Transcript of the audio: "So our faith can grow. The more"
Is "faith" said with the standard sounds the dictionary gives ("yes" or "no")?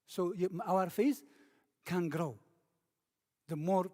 no